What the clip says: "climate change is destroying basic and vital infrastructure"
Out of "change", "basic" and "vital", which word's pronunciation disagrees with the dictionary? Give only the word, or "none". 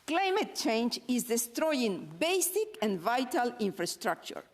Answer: none